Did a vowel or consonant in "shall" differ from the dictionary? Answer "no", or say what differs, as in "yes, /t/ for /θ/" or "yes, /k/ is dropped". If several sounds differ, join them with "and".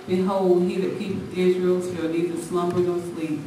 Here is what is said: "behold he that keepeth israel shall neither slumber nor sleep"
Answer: yes, /s/ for /ʃ/